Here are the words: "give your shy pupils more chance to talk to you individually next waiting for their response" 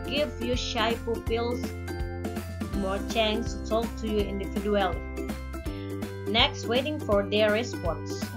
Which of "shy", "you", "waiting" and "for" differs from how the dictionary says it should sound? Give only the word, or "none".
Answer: none